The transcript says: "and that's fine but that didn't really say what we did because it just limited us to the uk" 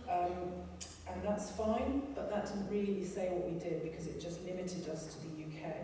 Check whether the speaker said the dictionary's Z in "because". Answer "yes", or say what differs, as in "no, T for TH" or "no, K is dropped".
yes